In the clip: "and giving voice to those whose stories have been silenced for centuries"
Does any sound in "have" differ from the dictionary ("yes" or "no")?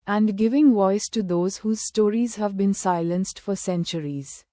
no